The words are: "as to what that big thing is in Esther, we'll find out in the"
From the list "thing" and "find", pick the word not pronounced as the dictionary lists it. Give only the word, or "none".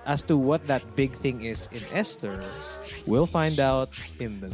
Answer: none